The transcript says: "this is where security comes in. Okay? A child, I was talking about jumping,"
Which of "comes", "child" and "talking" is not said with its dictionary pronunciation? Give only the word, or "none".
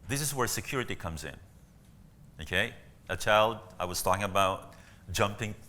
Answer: none